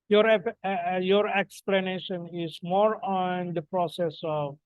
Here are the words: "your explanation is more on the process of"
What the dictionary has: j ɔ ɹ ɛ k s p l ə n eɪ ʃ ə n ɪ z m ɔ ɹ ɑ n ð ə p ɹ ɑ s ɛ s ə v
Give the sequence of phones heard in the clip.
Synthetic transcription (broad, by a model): j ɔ ɹ ɛ k s p l ə n eɪ ʃ ə n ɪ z m ɔ ɹ ɑ n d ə p ɹ ɑ s ɛ s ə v